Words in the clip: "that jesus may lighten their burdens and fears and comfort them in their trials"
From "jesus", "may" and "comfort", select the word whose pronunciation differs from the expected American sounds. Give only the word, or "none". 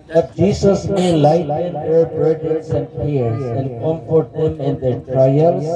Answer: jesus